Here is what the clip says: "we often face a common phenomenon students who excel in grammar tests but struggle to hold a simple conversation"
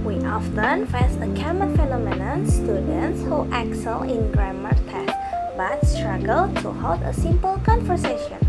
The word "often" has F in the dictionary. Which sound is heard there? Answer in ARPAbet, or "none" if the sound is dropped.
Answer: F